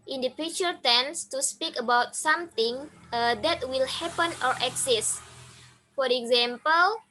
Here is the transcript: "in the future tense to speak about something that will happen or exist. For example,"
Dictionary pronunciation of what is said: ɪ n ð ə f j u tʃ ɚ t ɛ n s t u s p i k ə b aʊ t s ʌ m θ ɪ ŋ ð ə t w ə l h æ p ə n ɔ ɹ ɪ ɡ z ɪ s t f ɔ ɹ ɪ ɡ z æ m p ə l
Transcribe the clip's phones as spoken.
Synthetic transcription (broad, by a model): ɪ n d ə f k tʃ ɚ t ɛ n s t u s p i k ə b aʊ t s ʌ m t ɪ ŋ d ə t w ə l h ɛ p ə n ɔ ɹ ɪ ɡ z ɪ s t f ɔ ɹ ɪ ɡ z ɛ m p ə l